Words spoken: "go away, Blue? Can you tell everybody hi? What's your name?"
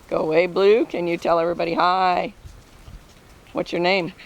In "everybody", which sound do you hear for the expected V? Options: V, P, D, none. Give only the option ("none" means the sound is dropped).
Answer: V